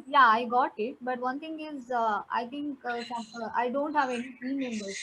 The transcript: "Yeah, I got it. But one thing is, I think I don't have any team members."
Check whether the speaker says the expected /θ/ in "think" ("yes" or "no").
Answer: no